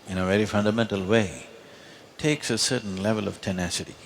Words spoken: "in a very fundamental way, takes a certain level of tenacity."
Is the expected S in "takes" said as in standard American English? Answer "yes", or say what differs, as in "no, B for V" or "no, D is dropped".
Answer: yes